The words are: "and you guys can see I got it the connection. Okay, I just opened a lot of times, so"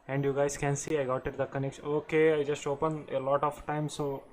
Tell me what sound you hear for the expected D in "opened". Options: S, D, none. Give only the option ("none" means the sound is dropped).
none